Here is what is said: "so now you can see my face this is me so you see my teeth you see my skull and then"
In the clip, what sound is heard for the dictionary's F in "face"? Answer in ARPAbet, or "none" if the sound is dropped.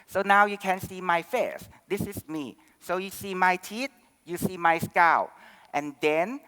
F